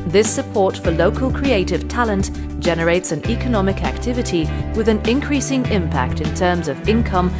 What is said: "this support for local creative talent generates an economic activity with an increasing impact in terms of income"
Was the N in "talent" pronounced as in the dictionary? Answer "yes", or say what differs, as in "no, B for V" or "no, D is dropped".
yes